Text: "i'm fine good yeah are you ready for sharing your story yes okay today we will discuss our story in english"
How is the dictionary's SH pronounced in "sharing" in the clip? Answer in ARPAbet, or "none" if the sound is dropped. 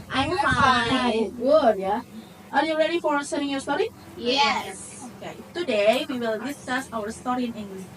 S